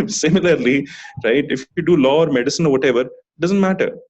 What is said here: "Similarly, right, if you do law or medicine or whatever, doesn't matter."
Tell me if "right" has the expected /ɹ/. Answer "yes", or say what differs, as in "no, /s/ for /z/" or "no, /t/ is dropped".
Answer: yes